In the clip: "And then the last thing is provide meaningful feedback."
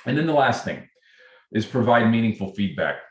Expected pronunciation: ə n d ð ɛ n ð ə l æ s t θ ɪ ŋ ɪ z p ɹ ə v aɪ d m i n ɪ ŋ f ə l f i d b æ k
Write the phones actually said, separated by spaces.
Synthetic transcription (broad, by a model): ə n ð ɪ n ð ə l æ s t θ ɪ ŋ ɪ z p ɹ ə v aɪ d m i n ɪ ŋ f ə l f i d b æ k